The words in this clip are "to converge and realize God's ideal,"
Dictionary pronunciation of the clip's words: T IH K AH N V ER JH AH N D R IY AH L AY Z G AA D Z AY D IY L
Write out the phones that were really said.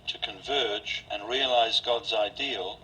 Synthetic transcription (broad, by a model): T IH K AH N V ER JH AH N R IY AH L AY Z G AA D Z AY D IY L